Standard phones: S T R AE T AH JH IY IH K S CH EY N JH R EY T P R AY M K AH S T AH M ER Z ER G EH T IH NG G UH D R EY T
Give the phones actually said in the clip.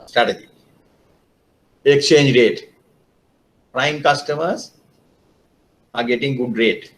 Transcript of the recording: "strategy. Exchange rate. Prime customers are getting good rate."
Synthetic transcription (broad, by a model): S T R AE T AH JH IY IH K S CH EY N JH R EY T P R AY M K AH S T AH M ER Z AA G EH T IH NG G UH D R EY T